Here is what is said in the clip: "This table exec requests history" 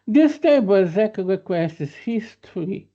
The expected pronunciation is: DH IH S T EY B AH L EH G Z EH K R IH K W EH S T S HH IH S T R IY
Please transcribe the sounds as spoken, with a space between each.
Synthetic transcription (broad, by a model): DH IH S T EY AH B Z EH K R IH K W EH S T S HH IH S T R IY